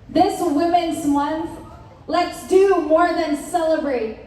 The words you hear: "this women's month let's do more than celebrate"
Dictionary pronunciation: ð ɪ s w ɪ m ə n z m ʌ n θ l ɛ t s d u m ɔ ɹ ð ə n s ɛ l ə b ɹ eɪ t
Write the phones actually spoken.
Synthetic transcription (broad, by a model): ð ɪ s w ɪ m ə n z m ʌ n θ l ɛ t s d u m ɔ ɹ ð ə n s ɛ l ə b ɹ eɪ t